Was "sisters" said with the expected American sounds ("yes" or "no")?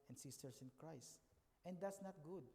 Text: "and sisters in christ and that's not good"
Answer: no